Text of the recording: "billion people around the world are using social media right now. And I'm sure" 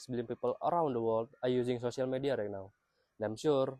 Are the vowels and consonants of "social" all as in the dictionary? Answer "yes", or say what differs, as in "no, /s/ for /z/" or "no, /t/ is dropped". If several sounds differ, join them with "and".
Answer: no, /s/ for /ʃ/